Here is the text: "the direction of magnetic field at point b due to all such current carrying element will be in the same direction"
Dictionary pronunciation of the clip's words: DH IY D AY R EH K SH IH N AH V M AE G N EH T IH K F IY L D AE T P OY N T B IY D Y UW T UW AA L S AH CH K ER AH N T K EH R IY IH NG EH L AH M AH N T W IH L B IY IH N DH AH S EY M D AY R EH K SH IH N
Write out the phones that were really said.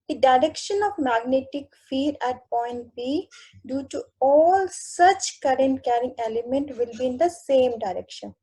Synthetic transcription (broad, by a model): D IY D AY R EH K SH IH N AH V M AE G N EH T IH K F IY D AE T P OY N T B IY D Y UW T UW AA L S AH CH K ER AH N T K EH R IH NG EH L AH M AH N T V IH L B IY IH N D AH S EY M D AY R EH K SH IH N